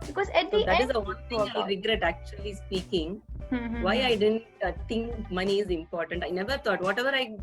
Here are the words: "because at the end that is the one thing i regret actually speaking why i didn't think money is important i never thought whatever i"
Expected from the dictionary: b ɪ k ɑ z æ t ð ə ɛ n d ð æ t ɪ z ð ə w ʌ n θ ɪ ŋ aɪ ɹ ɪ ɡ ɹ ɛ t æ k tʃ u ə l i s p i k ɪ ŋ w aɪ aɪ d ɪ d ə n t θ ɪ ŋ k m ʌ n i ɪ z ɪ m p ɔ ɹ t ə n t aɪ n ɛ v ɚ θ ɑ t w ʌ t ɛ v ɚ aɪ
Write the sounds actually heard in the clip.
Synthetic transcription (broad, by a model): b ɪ k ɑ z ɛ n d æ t ɪ z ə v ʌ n t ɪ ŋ aɪ ɹ ɪ ɡ ɹ ɛ t æ k tʃ u ə l i s p i k ɪ ŋ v aɪ aɪ d ɪ d ə n t t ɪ ŋ k m ʌ n i ɪ z ɪ m p ɔ ɹ t ə n t aɪ n ɛ v ɚ t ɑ t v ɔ t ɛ v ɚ aɪ